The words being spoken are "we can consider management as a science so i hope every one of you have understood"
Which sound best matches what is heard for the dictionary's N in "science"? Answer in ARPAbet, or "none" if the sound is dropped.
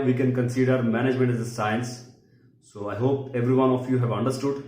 N